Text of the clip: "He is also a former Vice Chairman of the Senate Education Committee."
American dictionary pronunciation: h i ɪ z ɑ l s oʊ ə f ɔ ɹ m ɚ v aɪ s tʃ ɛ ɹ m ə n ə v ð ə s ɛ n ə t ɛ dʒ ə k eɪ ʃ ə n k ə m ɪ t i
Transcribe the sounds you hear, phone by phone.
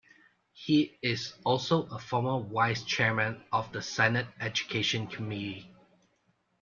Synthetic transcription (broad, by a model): h i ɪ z ɑ l s oʊ ə f ɔ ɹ m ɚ w aɪ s tʃ ɛ ɹ m ə n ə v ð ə s ɛ n ə t ɛ dʒ ə k eɪ ʃ ə n k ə m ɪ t i